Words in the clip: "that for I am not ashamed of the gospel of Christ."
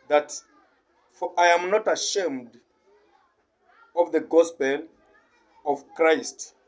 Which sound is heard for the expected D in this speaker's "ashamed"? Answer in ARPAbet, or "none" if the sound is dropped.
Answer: D